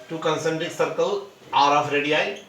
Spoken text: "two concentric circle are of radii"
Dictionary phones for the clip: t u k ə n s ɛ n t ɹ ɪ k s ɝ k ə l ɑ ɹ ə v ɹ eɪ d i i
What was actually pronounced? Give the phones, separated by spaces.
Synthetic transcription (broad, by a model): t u k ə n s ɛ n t ɪ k s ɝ k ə l ɑ ɹ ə f ɹ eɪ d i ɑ